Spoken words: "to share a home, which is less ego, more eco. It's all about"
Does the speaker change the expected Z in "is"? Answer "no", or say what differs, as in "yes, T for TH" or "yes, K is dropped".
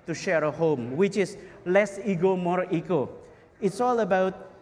yes, S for Z